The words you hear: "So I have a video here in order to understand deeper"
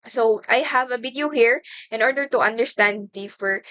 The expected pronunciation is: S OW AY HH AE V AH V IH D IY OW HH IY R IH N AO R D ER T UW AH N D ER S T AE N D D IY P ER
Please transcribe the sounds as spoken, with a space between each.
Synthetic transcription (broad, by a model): S OW AY HH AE V AH B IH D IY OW HH IY R IH N AO R D ER T UW AH N D ER S T AE N D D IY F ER